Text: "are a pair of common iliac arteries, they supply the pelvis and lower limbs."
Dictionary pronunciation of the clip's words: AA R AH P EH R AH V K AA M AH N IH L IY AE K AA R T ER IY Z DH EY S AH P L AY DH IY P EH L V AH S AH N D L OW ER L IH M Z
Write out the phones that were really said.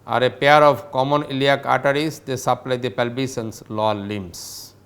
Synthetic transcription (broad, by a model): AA R AH P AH R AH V K AA M AH N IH L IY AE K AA T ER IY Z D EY S AH P L AY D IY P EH L B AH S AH N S L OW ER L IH M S